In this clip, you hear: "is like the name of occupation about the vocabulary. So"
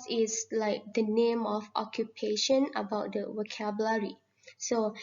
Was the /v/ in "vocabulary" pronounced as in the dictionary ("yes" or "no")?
no